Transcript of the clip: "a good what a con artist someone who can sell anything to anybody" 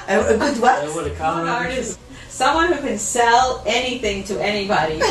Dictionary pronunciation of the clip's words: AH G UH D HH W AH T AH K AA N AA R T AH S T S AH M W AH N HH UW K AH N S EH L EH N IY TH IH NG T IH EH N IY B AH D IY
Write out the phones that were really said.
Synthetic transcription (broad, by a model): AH G UH D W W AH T AH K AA AA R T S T S AH M W AH N HH UW K AH N S EH L EH N IY TH IH NG T IH EH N IY B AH D IY